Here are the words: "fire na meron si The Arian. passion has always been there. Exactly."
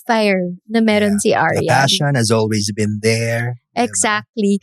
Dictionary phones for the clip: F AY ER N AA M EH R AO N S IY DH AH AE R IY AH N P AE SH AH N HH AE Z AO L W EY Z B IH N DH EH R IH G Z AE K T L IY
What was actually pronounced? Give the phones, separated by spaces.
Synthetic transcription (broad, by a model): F AY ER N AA M EH R AO N S IY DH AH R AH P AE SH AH N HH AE Z AO L W EY Z B IH N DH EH R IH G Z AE K T L IY